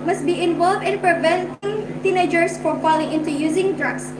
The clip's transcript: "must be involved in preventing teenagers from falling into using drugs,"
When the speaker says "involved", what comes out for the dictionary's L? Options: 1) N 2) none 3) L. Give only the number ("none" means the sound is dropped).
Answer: 3